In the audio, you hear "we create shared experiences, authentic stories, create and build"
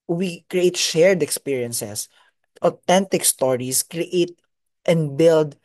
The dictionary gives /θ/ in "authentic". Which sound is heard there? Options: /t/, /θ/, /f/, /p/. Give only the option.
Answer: /t/